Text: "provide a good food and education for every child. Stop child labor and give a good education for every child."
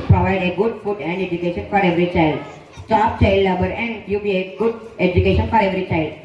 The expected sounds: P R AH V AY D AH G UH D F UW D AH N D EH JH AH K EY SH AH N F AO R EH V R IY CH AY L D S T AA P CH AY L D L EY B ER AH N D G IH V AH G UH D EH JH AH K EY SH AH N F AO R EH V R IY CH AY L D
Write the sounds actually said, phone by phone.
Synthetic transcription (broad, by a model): P R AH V AY D AH G UH D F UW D AH N D EH JH AH K EY SH AH N F AO R EH V R IY CH AY L D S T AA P CH AY L D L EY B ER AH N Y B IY AH G UH D EH JH AH K EY SH AH N F AO R EH V R IY CH AY L D